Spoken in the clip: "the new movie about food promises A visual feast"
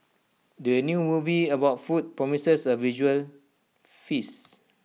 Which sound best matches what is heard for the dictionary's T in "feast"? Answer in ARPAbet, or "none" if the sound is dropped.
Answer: none